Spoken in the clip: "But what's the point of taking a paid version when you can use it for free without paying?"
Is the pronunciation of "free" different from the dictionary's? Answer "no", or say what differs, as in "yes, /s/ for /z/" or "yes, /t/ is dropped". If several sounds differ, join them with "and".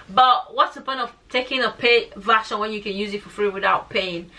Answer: no